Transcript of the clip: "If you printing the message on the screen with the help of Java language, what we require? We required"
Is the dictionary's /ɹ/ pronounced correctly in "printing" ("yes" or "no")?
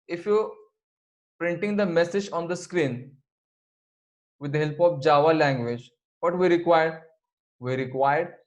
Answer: yes